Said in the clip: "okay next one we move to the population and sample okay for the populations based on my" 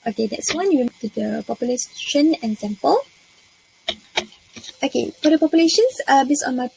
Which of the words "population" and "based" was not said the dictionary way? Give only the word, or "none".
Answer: based